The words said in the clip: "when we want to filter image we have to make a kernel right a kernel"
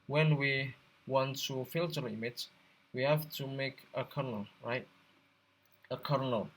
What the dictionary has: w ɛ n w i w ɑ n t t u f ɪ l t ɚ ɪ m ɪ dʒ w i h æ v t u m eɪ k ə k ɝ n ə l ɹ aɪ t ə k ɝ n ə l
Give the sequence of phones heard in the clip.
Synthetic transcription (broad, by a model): w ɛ n w i w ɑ n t t u f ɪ l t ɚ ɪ m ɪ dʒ w i h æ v t u m eɪ k ə k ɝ n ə l ɹ aɪ t ə k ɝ n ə l